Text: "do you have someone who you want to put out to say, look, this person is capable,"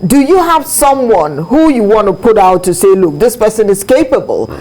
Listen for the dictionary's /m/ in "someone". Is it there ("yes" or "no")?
yes